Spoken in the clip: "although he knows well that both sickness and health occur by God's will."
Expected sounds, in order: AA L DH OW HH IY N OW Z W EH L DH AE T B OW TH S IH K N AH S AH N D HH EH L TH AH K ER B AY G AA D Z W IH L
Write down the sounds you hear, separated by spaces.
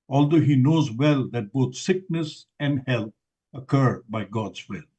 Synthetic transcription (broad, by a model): AA L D OW HH IY N OW Z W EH L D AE T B OW T S IH K N AH S AH N D HH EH L T AH K ER B AY G AA D Z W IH L